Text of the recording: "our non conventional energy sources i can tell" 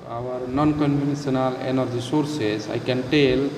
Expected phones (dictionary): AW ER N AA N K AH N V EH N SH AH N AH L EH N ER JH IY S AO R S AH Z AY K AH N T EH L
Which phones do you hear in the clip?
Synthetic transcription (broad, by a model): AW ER N AA N K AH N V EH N S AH N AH L EH N ER JH IY S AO R S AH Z AY K AH N T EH L